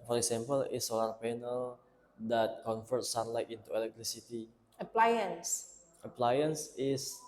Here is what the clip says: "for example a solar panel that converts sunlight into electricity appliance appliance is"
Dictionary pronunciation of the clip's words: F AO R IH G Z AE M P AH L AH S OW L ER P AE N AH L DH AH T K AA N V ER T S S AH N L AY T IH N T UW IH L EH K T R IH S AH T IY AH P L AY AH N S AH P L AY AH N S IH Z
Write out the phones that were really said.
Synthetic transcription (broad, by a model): F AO R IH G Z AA M P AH L AH S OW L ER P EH N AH L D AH T K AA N F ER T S S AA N L AY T IH N T UW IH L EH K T L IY S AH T IY AH P L AY AH N S AH P L AY AH N S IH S